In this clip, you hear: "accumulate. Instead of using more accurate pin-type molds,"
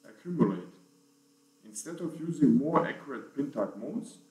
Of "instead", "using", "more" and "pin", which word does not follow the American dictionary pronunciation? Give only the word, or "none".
none